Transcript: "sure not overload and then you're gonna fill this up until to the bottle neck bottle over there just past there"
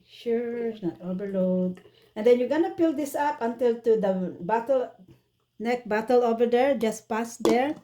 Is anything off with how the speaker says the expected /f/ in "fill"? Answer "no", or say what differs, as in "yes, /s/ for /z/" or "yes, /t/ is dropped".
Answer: yes, /p/ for /f/